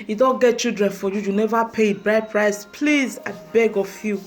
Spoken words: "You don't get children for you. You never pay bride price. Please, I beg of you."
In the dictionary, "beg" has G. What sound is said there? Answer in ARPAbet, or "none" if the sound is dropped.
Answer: G